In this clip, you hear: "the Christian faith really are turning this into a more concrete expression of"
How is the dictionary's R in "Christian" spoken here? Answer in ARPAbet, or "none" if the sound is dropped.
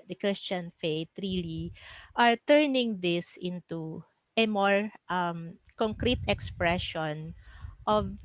R